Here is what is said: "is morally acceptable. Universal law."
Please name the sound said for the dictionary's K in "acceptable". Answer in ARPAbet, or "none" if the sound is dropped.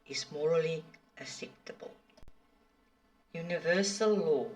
none